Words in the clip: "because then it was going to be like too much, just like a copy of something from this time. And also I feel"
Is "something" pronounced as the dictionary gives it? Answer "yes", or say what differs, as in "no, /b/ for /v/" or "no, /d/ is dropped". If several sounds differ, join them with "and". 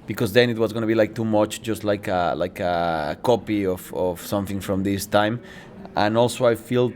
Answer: yes